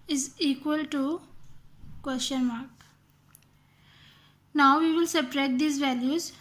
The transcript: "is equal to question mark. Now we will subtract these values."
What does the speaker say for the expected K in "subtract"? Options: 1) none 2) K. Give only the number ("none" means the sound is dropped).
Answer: 1